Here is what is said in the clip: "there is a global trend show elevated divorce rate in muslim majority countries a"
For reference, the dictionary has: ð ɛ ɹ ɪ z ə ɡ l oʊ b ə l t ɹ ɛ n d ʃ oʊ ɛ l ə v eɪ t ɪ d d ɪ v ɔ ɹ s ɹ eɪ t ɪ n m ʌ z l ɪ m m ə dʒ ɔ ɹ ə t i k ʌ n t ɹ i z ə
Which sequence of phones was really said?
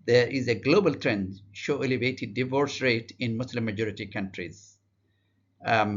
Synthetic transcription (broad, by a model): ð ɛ ɹ ɪ z ə ɡ l oʊ b ə l t ɹ ɛ n d ʃ oʊ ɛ l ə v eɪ t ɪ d d ɪ v ɔ ɹ s ɹ eɪ t ɪ n m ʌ s l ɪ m m ə dʒ ɔ ɹ ə t i k ʌ n t ɹ i z